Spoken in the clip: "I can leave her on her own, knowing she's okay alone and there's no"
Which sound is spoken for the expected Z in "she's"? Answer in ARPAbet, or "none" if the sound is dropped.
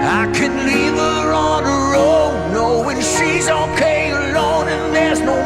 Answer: Z